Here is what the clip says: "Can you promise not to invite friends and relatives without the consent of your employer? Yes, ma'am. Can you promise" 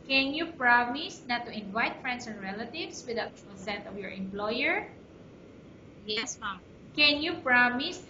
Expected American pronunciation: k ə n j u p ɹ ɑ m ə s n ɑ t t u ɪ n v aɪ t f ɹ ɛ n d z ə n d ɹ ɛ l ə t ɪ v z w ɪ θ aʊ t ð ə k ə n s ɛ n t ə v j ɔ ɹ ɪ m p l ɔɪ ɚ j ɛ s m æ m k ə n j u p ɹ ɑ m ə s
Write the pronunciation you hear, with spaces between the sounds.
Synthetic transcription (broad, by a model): k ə n j u p ɹ ɑ m ə s n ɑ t t u ɪ n v aɪ t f ɹ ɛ n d s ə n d ɹ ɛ l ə t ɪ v s w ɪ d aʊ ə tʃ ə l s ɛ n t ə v j ɔ ɹ ɪ m p l ɔɪ ɚ j ɛ s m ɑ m k ə n j u p ɹ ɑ m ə s